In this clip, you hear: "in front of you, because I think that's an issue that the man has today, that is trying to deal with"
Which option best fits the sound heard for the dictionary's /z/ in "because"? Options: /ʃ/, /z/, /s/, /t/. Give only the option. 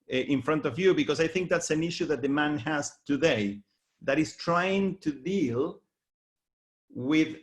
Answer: /s/